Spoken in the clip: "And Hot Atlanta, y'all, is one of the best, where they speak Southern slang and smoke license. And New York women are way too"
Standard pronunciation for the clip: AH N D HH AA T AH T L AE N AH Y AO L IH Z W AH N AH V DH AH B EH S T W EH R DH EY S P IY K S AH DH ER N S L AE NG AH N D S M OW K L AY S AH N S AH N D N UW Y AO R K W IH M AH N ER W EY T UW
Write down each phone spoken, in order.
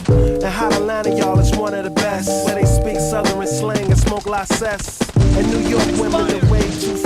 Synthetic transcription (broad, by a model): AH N HH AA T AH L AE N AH Y AO L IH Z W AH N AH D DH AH B EH S T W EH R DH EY S P IY K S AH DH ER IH S L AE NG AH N S M OW K L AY S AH S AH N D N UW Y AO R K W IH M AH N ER W EY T